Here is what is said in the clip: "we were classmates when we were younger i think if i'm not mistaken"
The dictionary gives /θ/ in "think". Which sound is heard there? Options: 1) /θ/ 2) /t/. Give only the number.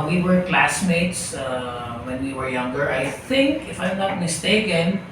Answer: 1